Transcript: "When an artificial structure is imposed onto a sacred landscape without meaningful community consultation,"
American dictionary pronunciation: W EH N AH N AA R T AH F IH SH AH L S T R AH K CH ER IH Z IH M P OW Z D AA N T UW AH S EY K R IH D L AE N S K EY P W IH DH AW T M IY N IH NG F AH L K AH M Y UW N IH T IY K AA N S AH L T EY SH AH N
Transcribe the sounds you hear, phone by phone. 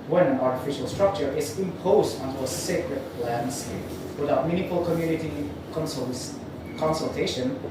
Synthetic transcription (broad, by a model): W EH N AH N AA R T AH F IH SH AH L S T R AH K CH ER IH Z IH M P OW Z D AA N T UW AH S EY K R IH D L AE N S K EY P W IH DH AW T M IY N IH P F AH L K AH M Y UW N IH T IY K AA N S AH L T EY SH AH N